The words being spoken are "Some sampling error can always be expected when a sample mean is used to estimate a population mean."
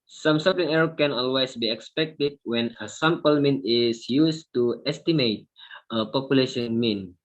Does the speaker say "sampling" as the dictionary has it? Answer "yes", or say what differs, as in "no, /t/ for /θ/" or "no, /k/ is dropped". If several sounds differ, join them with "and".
no, /m/ is dropped